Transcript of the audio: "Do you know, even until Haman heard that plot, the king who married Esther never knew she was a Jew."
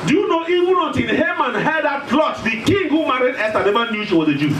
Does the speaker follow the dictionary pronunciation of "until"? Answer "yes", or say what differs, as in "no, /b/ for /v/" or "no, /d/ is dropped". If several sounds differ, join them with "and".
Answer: no, /n/ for /l/